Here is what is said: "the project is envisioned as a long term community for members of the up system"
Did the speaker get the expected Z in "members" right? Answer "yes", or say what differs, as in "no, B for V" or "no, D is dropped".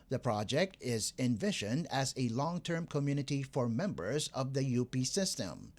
yes